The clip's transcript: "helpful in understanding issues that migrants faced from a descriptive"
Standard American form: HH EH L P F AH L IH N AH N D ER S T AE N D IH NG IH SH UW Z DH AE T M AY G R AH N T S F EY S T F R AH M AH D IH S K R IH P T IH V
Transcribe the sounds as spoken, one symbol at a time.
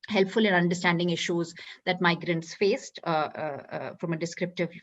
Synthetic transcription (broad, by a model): HH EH L P F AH L IH N AH N D ER S T AE N D IH NG IH SH UW Z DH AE T M AY G R AH N T S F EY S T F R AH M AH D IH S K R IH P T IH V